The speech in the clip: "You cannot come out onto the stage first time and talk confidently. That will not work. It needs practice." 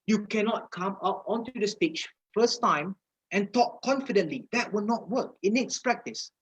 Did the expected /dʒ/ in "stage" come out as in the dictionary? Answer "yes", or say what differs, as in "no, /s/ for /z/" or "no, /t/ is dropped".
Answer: no, /tʃ/ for /dʒ/